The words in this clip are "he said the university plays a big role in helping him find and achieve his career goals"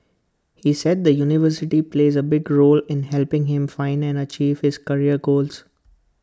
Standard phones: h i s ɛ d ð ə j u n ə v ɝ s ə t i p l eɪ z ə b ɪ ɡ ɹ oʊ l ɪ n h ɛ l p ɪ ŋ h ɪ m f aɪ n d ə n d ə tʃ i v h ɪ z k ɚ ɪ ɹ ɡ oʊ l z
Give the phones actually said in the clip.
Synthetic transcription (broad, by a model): h i s ɛ d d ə j u n ə v ɝ s ə t i p l eɪ z ə b ɪ ɡ ɹ oʊ l ɪ n h ɛ l p ɪ ŋ h ɪ m f aɪ n d ə n d ə tʃ i v h ɪ z k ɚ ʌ ɹ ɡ oʊ l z